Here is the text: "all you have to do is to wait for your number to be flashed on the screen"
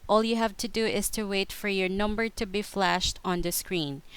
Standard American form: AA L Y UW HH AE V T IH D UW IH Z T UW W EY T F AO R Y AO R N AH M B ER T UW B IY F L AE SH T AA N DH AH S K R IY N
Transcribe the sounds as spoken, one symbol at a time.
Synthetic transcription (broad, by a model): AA L Y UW HH AE V T IH D UW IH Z T UW W EY T F AO R Y AO R N AH M B ER T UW B IY F L AE SH T AA N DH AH S K R IY N